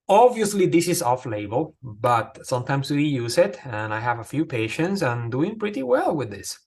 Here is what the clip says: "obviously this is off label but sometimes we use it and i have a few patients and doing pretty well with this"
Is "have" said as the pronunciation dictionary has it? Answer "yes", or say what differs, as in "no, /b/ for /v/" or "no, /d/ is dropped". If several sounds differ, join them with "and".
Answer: yes